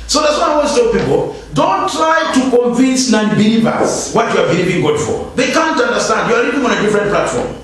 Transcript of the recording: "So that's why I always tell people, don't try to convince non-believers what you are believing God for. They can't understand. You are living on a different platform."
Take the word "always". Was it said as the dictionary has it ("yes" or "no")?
no